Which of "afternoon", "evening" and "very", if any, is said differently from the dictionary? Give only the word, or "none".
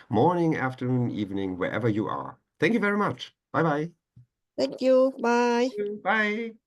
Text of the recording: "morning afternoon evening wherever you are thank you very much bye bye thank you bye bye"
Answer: none